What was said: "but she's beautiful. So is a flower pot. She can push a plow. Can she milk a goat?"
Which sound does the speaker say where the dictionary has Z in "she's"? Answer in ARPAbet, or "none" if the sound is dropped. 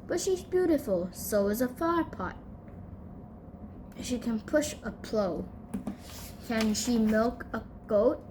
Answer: Z